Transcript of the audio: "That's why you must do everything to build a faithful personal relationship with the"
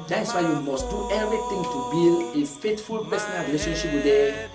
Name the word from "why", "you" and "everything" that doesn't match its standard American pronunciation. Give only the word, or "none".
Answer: everything